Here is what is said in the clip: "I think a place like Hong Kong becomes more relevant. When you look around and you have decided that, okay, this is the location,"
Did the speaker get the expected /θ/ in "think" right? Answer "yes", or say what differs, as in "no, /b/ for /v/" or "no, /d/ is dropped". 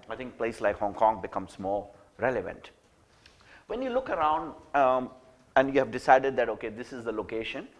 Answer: no, /t/ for /θ/